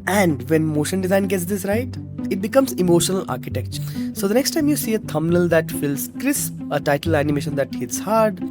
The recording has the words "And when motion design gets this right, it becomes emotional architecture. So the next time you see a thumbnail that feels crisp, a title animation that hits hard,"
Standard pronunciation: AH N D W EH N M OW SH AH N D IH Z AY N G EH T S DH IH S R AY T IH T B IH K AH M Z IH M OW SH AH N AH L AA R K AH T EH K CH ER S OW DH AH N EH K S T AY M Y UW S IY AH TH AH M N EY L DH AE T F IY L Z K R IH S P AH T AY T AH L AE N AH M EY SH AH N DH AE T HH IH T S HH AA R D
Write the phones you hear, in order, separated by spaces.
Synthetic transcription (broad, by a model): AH N D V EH N M OW SH AH N D IH Z AY N G EH T S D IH S R AY T IH T B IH K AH M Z IH M OW SH AH N AH L AA R K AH T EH K CH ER S OW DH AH N EH K S T AY M Y UW S IY AH T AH M N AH L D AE T F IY L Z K R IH S AH T AY T AH L AE N AH M EY SH AH N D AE T HH IH T S HH AA R D